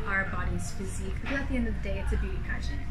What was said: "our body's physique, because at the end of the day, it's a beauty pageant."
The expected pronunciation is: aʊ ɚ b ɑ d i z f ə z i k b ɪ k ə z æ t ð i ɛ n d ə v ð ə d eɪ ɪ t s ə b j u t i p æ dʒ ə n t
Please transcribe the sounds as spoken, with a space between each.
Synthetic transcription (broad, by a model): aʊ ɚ b ɑ d i z f ə z i k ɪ ə t ð i ɛ n d ə v ð ə d eɪ ɪ t s ə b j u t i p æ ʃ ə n